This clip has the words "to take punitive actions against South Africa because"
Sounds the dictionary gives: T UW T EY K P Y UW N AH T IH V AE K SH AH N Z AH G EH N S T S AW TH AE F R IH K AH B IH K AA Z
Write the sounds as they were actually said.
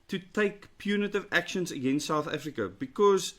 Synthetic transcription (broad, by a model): T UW T EY K P Y UW N AH T IH V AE K SH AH N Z AH G EH N S T S AW TH AE F R IH K AH B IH K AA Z